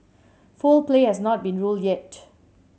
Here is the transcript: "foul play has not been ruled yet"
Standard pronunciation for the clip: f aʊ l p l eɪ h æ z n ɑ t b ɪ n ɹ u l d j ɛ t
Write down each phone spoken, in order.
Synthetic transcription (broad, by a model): f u l p l eɪ h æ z n ɑ t b ɪ n ɹ u l d j ɛ t